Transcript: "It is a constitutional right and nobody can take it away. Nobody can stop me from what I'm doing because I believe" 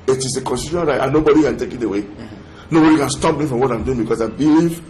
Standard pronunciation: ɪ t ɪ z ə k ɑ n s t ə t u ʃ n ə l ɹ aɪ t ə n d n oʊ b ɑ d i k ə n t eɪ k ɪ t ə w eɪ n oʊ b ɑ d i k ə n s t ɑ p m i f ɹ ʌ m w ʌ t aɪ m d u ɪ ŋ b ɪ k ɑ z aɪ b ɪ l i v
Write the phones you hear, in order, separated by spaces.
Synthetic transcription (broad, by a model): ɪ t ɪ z ə k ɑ n s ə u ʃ ə n ɹ aɪ t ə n n oʊ b ɑ d i k ə n t eɪ k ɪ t ə w eɪ n oʊ b ɑ d i k ə n s t ɑ p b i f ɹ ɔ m w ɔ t aɪ m d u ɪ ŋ b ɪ k ɑ s aɪ b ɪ l i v